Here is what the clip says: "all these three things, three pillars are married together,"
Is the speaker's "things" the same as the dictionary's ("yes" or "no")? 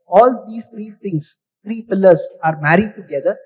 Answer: no